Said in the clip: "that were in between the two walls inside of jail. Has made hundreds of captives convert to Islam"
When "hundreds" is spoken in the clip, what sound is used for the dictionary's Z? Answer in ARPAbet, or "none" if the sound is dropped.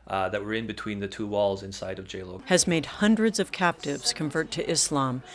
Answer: Z